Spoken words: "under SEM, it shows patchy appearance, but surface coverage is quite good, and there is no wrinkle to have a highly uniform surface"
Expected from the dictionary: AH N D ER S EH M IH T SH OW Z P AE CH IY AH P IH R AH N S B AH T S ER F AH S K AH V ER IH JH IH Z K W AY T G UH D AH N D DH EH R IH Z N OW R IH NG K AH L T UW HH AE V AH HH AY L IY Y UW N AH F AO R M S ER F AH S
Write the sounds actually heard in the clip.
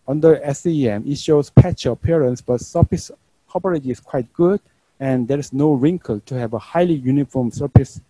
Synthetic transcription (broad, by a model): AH N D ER S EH M IH T SH OW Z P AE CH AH P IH R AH N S B AH T S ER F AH S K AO P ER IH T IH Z K W AY T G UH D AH N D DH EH R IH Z N OW R IH NG K AH L T UW HH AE V AH HH AY L IY Y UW N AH F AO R M S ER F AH S